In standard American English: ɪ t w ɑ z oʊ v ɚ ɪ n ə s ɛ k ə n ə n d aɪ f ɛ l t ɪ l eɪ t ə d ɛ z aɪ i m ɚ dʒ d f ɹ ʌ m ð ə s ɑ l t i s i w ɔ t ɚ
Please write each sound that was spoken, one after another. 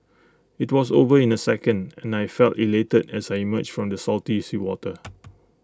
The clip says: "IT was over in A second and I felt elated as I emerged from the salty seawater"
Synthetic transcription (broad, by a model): ɪ t w ɑ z oʊ v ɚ ɪ n ə s ɛ k ə n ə n aɪ f ɛ l t ɪ l eɪ t ə d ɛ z aɪ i m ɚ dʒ f ɹ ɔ m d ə s ɑ l t i s i w ɔ t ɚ